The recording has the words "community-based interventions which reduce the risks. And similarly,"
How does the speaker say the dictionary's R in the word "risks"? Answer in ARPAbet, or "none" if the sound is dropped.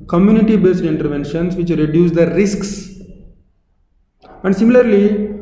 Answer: R